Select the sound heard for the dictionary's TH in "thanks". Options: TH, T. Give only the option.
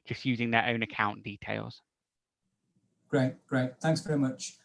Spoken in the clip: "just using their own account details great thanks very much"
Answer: TH